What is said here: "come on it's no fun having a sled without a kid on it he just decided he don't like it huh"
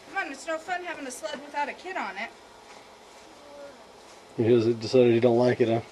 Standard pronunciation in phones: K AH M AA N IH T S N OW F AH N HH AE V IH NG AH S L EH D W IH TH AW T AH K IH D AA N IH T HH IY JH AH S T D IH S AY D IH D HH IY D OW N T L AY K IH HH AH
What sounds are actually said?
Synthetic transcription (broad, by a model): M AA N IH T S N OW F AH N HH AE V IH NG AH S L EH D W IH TH AW T AH K IH D N IH T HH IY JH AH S D IH S AY D IH D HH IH D OW N T L AY K IH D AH